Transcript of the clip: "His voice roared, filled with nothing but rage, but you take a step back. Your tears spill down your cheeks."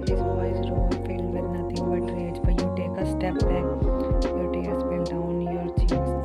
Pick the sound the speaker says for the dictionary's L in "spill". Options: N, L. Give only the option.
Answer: N